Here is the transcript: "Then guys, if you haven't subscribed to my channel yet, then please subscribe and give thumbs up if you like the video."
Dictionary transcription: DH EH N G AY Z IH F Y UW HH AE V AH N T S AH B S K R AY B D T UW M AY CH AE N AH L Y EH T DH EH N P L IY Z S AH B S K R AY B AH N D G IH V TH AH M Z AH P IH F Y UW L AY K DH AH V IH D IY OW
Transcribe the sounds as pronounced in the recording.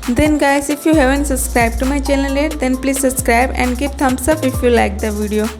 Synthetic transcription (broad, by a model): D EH N G AY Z IH F Y UW HH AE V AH N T S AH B S K R AY B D T UW M AY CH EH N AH L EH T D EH N P L IY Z S AH B S K R AY B AH N D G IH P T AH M S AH F IH F Y UW L AY K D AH V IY D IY OW